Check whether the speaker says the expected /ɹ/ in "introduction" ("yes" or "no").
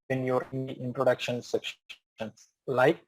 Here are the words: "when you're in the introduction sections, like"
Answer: yes